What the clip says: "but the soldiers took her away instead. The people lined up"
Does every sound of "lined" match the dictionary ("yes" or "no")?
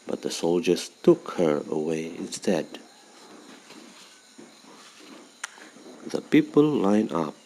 no